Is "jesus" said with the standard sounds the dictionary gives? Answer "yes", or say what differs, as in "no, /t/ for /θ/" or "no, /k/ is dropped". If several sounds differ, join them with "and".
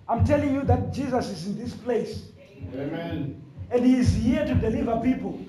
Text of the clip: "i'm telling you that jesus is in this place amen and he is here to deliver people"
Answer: yes